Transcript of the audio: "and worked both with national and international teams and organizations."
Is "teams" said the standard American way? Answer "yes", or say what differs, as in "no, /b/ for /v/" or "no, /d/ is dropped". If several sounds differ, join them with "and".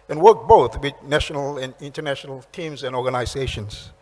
yes